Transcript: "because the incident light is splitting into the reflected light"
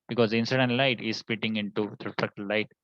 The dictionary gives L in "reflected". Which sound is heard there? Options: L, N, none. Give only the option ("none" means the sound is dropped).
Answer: none